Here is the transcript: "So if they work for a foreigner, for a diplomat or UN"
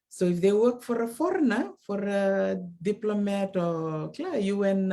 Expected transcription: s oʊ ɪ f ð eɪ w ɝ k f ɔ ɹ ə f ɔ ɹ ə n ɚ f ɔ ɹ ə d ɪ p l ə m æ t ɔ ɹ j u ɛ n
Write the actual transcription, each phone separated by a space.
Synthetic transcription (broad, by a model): s oʊ ɪ f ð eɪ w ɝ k f ɔ ɹ ə f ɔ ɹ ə n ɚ f ɔ ɹ ə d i p l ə m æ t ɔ l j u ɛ n